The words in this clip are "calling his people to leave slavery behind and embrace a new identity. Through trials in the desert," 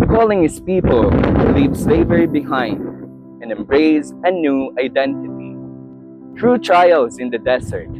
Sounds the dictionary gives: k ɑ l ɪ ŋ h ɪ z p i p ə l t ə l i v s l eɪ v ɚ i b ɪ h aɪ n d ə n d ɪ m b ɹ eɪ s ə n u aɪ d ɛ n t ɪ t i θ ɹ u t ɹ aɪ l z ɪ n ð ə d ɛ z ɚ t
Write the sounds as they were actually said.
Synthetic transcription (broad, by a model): k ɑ l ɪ ŋ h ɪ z p i p ə l l i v s l eɪ v ɚ i b ɪ h aɪ n d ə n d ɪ m b ɹ eɪ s ə n u aɪ d ɛ n t ɪ t i t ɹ u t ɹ aɪ l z ɪ n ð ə d ɛ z ɚ t